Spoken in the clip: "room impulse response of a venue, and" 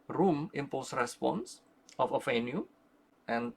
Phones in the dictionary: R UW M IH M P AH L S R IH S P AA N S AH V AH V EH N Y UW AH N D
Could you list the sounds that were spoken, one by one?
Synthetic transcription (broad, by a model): R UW M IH M P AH S R IH S P AA N S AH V AH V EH N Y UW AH N